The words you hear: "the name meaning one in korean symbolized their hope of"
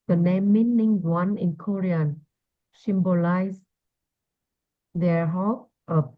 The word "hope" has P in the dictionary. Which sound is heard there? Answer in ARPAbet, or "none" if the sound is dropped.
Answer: none